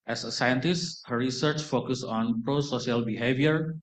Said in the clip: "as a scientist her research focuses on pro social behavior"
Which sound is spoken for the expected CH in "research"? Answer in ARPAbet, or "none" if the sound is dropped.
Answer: CH